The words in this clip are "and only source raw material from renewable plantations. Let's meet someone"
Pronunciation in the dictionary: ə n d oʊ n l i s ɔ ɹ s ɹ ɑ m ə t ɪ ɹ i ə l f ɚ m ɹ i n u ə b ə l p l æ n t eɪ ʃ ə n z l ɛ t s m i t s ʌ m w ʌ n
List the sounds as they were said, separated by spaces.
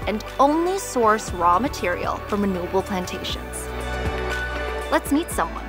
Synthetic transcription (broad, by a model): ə n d oʊ n l i s ɔ ɹ s ɹ ɑ m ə t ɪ ɹ i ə l f ɚ m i n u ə b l p l æ n t eɪ ʃ ə n z l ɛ t s m i t s ʌ m w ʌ n